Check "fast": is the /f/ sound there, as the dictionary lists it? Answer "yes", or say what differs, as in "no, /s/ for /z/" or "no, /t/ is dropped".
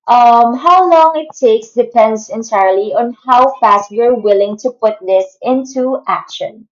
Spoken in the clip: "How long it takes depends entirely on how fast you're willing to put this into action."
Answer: yes